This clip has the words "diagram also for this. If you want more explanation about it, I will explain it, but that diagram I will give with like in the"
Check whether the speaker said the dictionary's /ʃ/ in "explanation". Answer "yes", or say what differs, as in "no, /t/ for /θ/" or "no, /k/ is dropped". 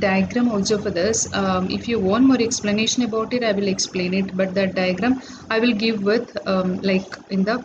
yes